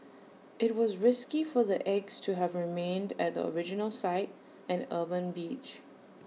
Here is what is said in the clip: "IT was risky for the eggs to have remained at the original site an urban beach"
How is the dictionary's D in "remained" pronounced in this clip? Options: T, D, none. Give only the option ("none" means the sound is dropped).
D